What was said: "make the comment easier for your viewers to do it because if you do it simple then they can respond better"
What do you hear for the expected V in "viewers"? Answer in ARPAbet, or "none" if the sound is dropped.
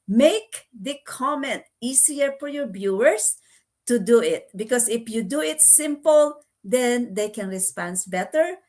B